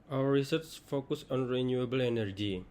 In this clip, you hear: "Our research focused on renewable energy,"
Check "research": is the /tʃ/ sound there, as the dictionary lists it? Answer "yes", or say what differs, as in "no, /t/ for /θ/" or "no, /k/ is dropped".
no, /s/ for /tʃ/